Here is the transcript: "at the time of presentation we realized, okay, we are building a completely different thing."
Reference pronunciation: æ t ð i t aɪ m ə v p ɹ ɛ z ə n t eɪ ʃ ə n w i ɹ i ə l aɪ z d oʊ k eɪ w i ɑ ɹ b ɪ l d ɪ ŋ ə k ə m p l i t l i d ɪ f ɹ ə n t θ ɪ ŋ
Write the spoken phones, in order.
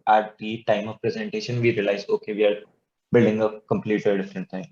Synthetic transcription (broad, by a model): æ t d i t aɪ m ə v p ɹ ɛ z ə n t eɪ ʃ ə n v i ɹ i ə l aɪ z oʊ k eɪ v i ɑ ɹ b ɪ l d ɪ ŋ ə k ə m p l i t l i d ɪ f ɹ ə n t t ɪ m